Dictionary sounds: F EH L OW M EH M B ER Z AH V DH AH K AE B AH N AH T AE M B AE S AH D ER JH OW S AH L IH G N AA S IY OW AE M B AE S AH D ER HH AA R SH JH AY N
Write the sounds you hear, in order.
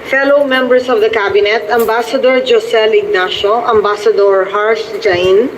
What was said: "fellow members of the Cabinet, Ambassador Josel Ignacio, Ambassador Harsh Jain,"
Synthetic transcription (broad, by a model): F EH L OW M EH M B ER S AH V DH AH K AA B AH N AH T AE M B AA S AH D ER JH OW S AH L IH G N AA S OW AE M B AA S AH D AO HH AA R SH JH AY N